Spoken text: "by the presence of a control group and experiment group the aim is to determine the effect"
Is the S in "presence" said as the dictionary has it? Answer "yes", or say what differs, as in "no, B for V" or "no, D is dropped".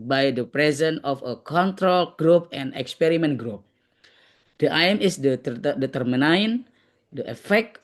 no, S is dropped